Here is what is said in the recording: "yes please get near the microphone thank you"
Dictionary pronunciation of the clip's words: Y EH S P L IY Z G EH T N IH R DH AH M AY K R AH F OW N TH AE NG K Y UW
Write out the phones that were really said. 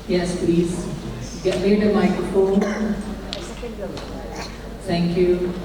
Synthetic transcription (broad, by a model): Y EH S P L IY Z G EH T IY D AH M AY K R AH F OW N T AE NG K Y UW